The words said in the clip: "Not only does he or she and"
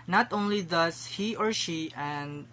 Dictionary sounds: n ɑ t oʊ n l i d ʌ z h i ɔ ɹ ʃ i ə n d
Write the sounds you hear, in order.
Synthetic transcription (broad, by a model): n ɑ t oʊ n l i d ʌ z h i ɔ ɹ ʃ i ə n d